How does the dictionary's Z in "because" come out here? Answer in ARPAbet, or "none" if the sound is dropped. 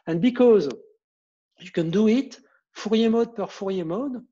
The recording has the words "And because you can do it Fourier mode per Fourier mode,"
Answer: Z